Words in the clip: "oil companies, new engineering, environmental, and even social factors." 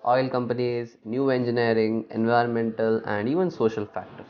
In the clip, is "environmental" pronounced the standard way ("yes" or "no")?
yes